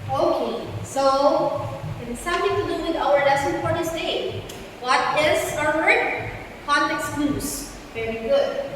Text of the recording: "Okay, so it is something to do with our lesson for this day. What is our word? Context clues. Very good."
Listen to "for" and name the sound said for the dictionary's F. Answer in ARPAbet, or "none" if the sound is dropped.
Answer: P